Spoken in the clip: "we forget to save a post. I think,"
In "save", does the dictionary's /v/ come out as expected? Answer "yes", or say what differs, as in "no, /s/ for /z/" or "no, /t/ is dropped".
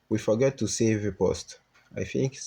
yes